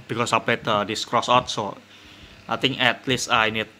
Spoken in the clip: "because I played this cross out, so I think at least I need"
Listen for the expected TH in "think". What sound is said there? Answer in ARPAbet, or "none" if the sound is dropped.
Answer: T